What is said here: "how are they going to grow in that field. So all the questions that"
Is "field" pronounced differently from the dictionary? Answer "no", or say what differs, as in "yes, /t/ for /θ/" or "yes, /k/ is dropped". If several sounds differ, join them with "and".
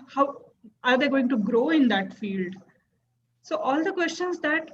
no